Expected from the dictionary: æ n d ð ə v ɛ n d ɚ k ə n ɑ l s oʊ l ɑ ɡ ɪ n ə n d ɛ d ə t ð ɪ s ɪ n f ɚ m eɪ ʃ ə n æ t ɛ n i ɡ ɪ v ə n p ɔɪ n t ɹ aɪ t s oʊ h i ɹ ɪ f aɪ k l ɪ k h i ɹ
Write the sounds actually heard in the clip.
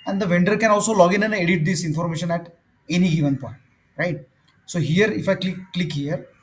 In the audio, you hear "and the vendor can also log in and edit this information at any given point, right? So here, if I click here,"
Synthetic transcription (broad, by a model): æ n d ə v ɛ n d ɚ k ə n ɑ l s oʊ l ɑ ɡ ɪ n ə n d ɛ d ə t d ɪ s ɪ n f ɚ m eɪ ʃ ə n æ t ɛ n i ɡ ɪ v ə n p ɔɪ n t ɹ aɪ t s oʊ h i ɹ ɪ f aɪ k l ɪ k h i ɹ